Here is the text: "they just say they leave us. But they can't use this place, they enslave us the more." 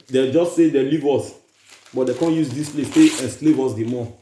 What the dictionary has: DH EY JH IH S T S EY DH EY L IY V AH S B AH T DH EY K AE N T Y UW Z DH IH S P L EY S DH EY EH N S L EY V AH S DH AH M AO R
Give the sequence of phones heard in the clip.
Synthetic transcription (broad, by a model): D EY JH IH S T S EY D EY L IY V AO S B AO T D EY K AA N Y UW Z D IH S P L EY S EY EH N S L EY V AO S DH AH M AO